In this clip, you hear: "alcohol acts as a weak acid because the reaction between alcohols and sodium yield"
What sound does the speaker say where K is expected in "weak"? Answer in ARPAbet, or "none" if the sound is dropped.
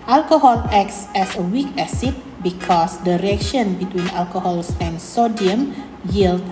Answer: K